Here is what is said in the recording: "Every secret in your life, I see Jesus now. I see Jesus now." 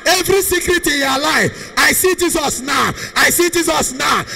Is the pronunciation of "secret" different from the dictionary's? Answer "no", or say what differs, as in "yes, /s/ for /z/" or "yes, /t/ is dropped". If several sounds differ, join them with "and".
no